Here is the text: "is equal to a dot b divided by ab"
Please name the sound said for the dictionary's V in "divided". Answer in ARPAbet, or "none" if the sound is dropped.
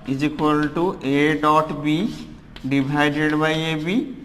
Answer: B